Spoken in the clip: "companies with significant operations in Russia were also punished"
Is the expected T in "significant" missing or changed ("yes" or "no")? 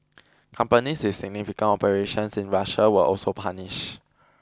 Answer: yes